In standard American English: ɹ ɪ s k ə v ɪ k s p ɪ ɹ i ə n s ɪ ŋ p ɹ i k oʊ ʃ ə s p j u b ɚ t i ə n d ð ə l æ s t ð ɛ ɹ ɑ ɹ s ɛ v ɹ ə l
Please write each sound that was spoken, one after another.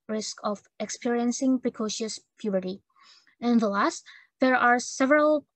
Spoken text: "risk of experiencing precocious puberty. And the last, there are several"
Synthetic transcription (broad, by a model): ɹ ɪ s k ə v ɪ k s p ɪ ɹ i ə n s ɪ ŋ p ɹ i k oʊ ʃ ə s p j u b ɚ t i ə n ð ə l æ s t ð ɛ ɹ ɑ ɹ s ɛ v ɹ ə l